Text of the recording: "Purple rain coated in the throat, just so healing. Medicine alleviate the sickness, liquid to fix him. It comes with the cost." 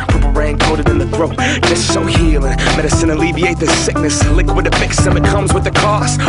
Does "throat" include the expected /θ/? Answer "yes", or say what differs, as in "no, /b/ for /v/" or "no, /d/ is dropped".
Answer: yes